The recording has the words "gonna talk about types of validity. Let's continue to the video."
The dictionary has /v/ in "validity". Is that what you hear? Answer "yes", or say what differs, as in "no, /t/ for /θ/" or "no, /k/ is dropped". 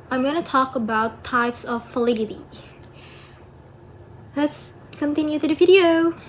no, /f/ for /v/